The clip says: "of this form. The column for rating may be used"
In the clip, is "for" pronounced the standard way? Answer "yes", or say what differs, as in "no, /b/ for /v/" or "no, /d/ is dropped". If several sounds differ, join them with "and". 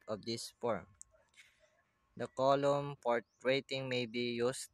no, /p/ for /f/